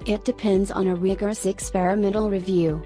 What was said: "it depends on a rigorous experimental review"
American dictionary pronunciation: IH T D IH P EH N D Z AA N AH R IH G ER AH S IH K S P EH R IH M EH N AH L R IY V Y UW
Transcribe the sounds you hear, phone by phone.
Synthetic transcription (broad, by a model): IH T D IH P EH N D Z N AH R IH G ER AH S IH K S P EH R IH M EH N L R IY V Y UW